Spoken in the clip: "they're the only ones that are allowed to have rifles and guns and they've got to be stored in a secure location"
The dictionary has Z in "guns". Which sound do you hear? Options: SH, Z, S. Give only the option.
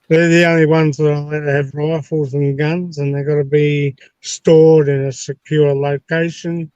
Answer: Z